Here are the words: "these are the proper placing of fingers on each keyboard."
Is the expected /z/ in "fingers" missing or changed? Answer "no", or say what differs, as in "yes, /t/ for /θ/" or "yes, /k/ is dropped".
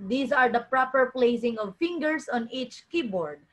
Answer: yes, /s/ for /z/